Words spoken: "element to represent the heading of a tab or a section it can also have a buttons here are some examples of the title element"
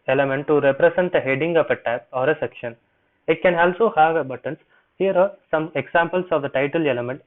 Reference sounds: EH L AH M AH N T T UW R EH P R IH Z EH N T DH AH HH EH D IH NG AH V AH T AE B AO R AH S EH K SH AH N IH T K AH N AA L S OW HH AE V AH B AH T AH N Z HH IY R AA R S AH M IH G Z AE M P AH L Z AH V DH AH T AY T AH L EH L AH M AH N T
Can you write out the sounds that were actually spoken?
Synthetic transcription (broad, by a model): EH L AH M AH N T T UW R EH P R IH S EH N T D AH HH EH D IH NG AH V AH T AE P AO R AH S EH K SH AH N IH T K AH N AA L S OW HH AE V AH B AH T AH N S HH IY R AA R S AH M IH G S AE M P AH L S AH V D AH T AY T AH L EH L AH M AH N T